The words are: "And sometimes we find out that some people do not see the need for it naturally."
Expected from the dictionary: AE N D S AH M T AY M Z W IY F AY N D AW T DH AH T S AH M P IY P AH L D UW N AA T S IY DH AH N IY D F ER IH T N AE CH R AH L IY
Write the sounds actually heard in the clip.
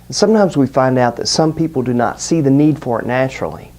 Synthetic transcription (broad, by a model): N S AH M T AY M Z W IY F AY N D AW T DH AH T S AH M P IY P L D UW N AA T S IY DH AH N IY D F ER IH T N AE CH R L IY